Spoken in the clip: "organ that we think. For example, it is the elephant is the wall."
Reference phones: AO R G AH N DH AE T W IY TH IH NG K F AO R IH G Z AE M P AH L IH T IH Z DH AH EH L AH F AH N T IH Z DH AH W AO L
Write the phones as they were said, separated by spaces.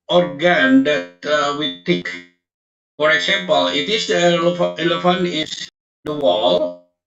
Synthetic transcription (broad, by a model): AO R G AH N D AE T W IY T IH K F AO R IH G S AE M P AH L IH T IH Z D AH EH L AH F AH N IH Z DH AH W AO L